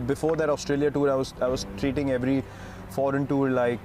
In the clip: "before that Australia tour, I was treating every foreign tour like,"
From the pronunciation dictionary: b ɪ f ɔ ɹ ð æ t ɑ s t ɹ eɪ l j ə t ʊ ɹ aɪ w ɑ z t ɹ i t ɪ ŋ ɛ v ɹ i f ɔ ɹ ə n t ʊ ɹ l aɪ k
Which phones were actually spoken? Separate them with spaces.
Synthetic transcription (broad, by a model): b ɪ f ɔ ɹ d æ t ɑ s t ɹ eɪ l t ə t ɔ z aɪ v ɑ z t ɹ i t ɪ ŋ ɛ v ɹ i f ɔ ɹ ə n t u ɹ l aɪ k